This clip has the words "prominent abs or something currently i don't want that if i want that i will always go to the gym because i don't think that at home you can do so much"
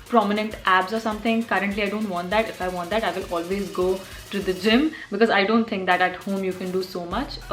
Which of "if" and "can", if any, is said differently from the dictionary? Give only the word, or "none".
none